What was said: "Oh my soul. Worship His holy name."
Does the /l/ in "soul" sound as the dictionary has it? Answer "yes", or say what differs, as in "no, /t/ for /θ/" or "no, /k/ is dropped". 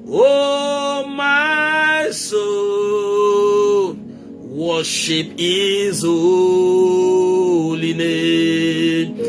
no, /n/ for /l/